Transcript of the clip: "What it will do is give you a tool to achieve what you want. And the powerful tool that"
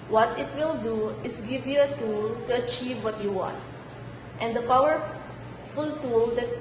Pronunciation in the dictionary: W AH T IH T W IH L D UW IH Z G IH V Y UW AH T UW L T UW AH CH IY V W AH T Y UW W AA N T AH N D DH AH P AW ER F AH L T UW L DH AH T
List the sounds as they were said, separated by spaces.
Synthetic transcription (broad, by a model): W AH T IH T W IH L D UW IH S G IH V Y UW AH T UW L T UW AH CH IY V W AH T Y UW W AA N T AH N D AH P AW ER F AH L T UW L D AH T